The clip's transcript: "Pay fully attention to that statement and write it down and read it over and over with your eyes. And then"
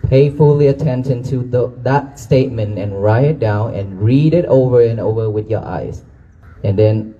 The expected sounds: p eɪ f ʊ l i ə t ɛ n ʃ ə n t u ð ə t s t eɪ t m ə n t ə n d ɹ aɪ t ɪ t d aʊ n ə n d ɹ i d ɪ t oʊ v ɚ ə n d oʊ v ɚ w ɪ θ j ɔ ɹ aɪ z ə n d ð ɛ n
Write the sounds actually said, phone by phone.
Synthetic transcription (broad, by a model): p eɪ f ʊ l i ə t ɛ n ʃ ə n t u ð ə t s t eɪ t m ə n t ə n ɹ aɪ t ɪ t d aʊ n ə n ɹ i d ɪ t oʊ v ɚ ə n oʊ v ɚ w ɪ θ j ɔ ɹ aɪ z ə n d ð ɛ n